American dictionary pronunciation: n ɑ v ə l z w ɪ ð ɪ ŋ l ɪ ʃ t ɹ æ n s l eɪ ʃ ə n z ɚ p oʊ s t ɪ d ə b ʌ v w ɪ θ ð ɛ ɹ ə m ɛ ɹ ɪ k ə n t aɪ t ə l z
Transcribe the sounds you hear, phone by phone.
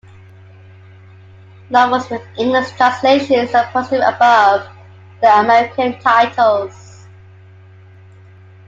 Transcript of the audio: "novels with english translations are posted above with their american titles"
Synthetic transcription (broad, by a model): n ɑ w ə z w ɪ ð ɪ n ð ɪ s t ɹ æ n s l eɪ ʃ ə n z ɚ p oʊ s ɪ ə b ʌ v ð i ə m ɛ ɹ ɪ k ə n t aɪ t ə l z